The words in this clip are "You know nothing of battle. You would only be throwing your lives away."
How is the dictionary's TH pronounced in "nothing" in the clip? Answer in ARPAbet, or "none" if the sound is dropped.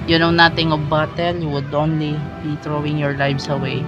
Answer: T